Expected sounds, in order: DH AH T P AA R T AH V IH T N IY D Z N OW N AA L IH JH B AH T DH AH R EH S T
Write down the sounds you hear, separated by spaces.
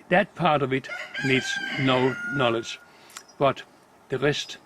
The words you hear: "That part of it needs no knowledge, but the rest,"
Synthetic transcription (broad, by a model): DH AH T P AA R T AH V IH T N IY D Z N OW N AA L IH JH B AH T DH AH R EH S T